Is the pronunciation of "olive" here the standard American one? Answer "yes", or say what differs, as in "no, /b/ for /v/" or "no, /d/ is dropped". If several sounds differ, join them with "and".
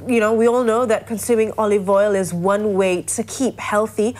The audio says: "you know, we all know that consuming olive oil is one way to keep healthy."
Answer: yes